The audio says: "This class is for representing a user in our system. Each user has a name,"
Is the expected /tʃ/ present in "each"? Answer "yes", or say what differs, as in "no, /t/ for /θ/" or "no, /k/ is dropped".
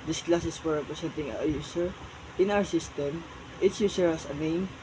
no, /s/ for /tʃ/